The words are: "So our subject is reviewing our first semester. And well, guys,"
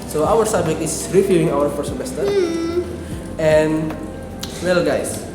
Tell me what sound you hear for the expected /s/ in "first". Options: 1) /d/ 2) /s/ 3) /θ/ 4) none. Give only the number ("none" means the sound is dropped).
4